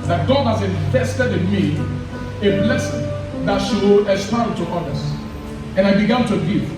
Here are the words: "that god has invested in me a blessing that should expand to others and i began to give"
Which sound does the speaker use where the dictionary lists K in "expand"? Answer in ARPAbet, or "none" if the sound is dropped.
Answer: none